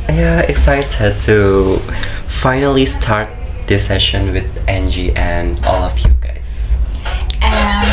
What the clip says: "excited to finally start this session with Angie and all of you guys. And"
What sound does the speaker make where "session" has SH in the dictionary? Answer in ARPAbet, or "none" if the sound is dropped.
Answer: SH